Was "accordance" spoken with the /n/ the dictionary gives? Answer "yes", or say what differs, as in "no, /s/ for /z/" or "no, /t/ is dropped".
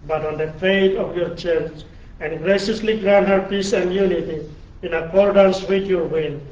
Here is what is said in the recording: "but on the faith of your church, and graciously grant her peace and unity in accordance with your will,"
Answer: yes